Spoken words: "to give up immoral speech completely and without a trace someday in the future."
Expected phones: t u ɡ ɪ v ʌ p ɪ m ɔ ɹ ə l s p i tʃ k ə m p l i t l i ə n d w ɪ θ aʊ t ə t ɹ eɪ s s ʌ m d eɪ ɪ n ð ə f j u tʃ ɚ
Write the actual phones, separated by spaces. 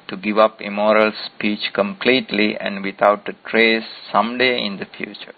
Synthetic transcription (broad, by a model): t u ɡ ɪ v ʌ p ɪ m ɔ ɹ ə l s p i tʃ k ə m p l i t l i ə n d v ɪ t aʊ t ə t ɹ eɪ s s ʌ m d eɪ ɪ n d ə f j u tʃ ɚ